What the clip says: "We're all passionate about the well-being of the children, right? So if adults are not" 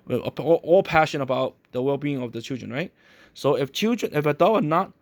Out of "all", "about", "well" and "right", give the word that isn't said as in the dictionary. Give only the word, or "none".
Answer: none